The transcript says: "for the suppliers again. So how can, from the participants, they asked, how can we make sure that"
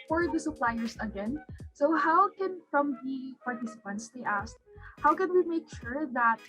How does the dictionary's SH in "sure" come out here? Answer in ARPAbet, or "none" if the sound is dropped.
SH